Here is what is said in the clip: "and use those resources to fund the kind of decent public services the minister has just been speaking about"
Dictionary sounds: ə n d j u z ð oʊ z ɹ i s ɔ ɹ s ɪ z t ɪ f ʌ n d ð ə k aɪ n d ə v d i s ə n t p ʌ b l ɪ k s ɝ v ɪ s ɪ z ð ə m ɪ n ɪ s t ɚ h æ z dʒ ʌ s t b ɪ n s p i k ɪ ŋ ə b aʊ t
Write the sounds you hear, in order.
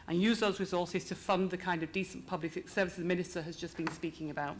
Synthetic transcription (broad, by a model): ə n j u z ð oʊ z ɹ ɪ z ɔ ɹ s ɪ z t ɪ f ʌ n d ð ə k aɪ n d ə v d i s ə n p ʌ b l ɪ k s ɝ v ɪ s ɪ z m ɪ n ɪ s t ɚ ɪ z dʒ ʌ s b ɪ n s p i k ɪ ŋ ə b aʊ t